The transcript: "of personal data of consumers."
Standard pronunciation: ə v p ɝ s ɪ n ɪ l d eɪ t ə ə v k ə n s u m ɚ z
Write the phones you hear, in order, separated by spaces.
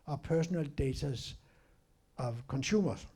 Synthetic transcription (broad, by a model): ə p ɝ s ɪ n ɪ l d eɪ s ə ə v k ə n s u m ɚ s